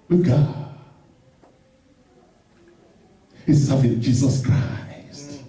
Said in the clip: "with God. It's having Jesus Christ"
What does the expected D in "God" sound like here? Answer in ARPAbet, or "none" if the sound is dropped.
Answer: none